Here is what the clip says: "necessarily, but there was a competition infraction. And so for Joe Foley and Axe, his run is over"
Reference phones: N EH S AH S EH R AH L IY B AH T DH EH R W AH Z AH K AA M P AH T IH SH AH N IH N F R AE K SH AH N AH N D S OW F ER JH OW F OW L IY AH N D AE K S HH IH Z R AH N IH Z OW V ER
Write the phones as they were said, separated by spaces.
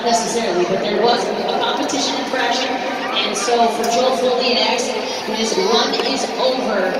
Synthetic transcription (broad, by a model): N EH S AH S EH R L IY B AH T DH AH R W AH Z AH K AA M P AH T IH SH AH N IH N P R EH SH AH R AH N S OW F ER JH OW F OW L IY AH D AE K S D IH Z W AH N IH Z OW V ER